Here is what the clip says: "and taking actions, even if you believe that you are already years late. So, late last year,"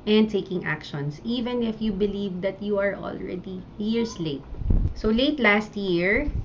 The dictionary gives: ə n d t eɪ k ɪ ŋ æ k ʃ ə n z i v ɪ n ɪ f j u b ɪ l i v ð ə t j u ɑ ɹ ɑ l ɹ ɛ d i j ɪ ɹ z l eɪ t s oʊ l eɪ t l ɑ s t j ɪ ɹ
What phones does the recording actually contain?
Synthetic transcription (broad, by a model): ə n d t eɪ k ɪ ŋ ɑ k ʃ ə n s i v ɪ n ɪ f j u b ɪ l i v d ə t j u ɑ ɹ ɑ l ɹ ɛ d i j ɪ ɹ s l eɪ t s oʊ l eɪ t l ɑ s t j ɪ ɹ